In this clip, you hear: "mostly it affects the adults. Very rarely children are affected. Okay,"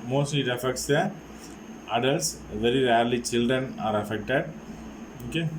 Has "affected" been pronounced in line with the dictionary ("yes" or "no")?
yes